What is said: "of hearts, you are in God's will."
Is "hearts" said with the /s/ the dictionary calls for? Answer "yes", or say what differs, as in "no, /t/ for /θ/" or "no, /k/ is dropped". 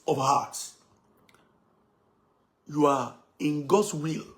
no, /s/ is dropped